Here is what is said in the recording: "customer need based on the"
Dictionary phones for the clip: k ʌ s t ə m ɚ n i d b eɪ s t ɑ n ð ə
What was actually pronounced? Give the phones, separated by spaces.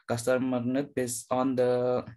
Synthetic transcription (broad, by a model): k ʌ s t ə m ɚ n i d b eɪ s ɑ n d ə